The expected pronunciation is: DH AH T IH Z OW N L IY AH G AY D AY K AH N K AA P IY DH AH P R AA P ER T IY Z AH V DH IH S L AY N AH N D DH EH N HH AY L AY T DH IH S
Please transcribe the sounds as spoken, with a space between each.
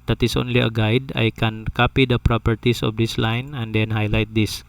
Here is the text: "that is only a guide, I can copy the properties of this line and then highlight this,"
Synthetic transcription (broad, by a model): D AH T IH S OW N L IY AH G AY D AY K AH N K AA P IY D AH P R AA P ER T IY S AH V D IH S L AY N AH N D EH N HH AY L AY T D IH S